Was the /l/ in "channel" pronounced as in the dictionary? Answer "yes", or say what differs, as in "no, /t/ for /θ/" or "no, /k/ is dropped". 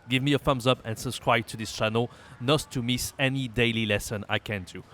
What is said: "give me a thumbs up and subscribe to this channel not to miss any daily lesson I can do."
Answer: yes